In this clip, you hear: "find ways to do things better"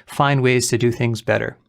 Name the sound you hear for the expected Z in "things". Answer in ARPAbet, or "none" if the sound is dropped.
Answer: Z